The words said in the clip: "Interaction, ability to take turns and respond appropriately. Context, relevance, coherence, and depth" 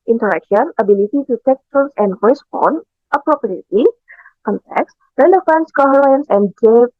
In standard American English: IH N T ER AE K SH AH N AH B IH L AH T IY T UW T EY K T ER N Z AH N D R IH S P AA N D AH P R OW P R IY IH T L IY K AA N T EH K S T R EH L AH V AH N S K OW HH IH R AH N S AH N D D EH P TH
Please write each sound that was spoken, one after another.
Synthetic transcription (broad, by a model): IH N T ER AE K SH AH N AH B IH L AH T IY T UW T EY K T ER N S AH N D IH S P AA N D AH P R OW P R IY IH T IY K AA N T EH K S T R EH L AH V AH N S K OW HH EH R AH N S AH N D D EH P